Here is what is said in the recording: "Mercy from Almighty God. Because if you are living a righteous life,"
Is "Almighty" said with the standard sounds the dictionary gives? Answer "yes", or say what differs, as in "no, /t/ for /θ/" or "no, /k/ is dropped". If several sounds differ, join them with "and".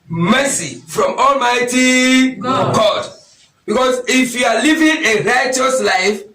yes